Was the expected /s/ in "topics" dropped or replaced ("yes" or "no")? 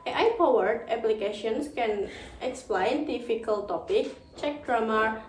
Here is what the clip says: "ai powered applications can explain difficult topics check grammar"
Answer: yes